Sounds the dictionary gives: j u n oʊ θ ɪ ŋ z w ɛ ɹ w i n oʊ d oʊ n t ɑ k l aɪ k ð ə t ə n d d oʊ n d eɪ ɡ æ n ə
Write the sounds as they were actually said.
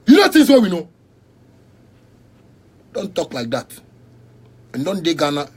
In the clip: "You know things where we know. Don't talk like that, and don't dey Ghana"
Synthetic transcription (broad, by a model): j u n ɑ t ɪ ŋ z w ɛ w i n oʊ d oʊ n t ɑ k l aɪ k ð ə t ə n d d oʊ n d eɪ ɡ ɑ n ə